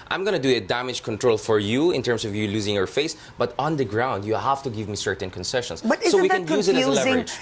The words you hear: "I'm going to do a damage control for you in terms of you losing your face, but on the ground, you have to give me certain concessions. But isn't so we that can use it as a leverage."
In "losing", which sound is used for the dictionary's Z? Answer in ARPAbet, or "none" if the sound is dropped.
Z